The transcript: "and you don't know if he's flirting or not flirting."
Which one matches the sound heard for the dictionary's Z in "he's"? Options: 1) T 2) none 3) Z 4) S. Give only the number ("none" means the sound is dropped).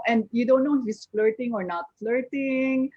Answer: 4